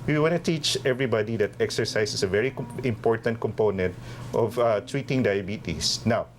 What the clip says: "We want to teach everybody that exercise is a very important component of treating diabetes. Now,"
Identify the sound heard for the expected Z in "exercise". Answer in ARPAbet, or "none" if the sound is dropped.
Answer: S